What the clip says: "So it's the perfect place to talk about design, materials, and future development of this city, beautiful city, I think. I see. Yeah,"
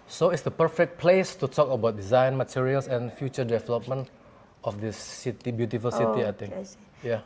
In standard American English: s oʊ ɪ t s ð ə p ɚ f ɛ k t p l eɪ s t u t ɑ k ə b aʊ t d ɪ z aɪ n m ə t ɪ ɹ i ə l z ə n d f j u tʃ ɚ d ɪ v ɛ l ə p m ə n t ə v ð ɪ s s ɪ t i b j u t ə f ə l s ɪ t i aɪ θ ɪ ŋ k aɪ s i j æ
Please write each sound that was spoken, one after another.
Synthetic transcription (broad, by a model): s oʊ ɪ t s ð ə p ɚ f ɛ k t p l eɪ s t u t ɑ k ə b aʊ t d ɪ z aɪ n m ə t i ɹ i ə l s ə n f j u tʃ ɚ d ɪ v ɛ l ə p m ə n t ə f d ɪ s s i t i b j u t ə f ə l s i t i aɪ t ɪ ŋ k j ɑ